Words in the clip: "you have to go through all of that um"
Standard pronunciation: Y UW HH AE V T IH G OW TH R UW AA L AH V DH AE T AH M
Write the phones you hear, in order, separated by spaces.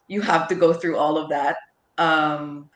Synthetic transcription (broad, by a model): Y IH HH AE F T IH G OW TH R UW AA L AH V DH AE T AH M